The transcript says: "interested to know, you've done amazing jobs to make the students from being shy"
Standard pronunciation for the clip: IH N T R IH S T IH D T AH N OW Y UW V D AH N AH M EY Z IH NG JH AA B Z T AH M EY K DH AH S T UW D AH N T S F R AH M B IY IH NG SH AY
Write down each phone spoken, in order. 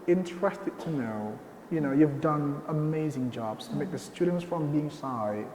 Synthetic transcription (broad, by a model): IH N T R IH S T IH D T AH N OW Y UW V D AH N AH M EY Z IH NG JH AA B Z T AH M EY K DH AH S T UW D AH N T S F R AH M B IY IH NG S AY